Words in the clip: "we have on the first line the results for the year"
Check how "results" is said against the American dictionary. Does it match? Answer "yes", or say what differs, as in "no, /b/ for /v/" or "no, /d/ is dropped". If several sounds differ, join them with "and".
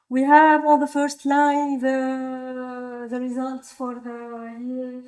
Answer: yes